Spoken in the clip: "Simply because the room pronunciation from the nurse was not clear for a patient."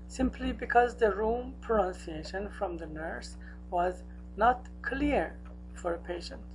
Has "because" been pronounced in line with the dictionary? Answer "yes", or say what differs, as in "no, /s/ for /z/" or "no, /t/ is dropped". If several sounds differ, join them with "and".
yes